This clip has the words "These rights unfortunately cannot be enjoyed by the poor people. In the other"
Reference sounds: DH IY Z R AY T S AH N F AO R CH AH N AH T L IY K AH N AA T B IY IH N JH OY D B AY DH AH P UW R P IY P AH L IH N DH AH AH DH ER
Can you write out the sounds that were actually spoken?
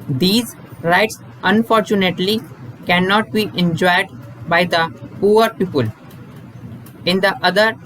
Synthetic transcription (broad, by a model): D IY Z R AY T S AH N F AO R CH AH N AH T L IY K AH N AA T B IY IH N JH OY D B AY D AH P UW R P IY P AH L IH N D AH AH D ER